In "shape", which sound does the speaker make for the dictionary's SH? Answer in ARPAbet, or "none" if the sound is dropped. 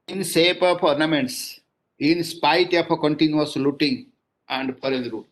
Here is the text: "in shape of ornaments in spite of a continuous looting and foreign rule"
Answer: S